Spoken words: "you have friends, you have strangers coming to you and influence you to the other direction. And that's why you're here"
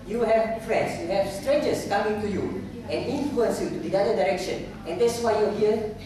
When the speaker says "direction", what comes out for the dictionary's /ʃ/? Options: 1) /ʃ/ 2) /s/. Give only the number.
1